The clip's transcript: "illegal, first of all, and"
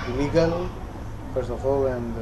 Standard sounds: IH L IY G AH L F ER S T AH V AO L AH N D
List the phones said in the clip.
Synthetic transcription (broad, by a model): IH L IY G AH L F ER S AH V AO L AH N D